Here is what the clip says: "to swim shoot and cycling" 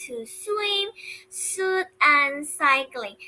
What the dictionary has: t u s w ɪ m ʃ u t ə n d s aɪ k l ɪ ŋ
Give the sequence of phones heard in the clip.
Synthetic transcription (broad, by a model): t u s w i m s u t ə n s aɪ k l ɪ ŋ